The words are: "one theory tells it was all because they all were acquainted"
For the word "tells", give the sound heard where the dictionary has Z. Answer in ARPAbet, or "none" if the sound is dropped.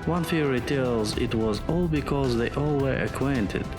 Z